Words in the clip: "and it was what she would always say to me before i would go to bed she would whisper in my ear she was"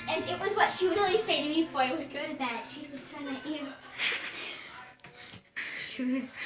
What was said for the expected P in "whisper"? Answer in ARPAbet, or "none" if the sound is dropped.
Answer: none